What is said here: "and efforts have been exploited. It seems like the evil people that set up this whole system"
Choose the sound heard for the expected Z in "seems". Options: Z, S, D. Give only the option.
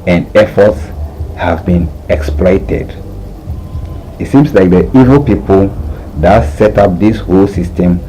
S